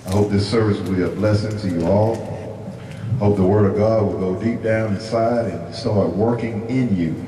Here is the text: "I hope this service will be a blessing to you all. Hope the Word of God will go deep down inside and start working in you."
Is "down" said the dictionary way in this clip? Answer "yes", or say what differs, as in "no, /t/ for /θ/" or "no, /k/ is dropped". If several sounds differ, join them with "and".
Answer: yes